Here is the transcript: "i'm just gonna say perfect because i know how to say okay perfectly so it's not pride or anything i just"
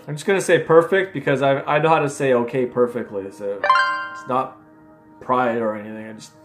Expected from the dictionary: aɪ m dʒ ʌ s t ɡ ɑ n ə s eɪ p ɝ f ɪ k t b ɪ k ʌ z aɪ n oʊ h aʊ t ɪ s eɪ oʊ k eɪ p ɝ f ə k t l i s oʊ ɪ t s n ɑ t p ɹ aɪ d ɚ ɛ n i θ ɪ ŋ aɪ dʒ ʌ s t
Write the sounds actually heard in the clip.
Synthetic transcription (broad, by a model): aɪ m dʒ ʌ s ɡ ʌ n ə s eɪ p ɝ f ɪ k t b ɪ k ʌ z aɪ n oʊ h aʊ t ɪ s eɪ oʊ k eɪ p ɝ f ə k t l i s oʊ ɪ t s n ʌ t p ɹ aɪ d ɚ ɛ n i θ ɪ ŋ aɪ dʒ ʌ s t